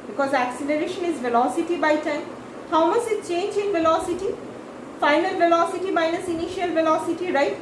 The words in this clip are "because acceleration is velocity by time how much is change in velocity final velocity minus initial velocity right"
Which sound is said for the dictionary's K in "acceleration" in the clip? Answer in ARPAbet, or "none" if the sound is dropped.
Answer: K